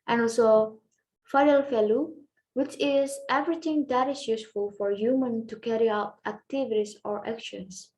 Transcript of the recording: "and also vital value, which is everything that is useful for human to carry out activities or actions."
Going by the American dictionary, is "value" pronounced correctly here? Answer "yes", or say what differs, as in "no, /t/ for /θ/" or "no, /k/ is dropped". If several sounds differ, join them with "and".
no, /f/ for /v/